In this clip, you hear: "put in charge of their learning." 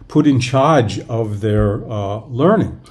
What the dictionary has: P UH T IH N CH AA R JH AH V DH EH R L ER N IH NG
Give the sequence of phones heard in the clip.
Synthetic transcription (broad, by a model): P UH T IH N CH AA R JH AH V DH EH R L ER N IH NG